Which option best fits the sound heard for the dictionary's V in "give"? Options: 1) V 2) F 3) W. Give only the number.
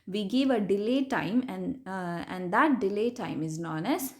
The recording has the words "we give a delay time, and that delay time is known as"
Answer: 1